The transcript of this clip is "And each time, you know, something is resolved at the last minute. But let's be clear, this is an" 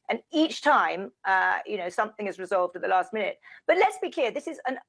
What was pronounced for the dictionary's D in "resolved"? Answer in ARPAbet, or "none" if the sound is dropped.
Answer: D